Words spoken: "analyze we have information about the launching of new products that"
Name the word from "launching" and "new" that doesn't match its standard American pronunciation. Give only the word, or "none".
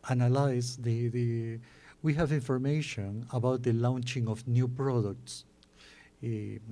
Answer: none